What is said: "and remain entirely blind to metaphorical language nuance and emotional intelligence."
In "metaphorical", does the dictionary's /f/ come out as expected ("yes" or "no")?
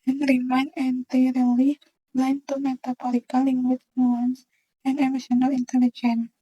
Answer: no